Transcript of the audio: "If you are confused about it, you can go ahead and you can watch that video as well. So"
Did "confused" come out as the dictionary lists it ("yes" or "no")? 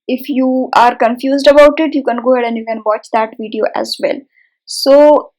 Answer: yes